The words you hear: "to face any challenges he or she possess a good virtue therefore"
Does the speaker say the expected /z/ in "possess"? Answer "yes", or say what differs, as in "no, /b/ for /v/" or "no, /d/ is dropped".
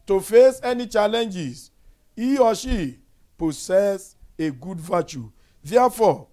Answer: no, /s/ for /z/